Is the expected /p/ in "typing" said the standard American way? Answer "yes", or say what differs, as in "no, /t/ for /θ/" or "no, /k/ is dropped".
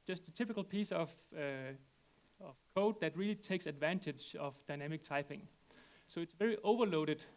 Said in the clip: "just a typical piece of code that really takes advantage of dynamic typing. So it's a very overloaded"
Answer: yes